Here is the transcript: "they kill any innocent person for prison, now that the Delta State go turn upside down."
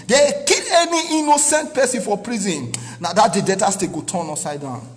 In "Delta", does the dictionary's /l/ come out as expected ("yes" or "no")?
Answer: no